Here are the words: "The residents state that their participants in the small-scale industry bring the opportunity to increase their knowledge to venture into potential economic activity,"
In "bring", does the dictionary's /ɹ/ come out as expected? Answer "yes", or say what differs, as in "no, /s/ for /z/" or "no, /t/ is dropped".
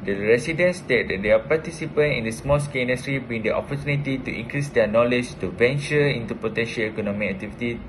no, /ɹ/ is dropped